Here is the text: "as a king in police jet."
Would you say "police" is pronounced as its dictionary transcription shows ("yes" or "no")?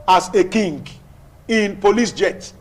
yes